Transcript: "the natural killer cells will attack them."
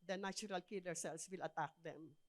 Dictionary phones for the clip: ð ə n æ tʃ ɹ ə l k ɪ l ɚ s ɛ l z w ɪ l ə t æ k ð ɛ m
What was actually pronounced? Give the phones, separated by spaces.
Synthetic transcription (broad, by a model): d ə n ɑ tʃ ɹ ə l k ɪ l ɚ s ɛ l s w ɪ l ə t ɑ k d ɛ m